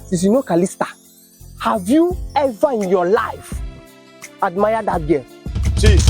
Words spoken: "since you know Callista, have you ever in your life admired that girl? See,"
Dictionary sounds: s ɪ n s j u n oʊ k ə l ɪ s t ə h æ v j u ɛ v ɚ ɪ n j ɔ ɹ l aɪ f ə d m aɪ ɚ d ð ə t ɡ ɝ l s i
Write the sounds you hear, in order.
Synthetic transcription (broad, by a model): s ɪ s j u n oʊ k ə l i s t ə h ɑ v j u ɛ v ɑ ɪ n j ɔ l aɪ f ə d m aɪ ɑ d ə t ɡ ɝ n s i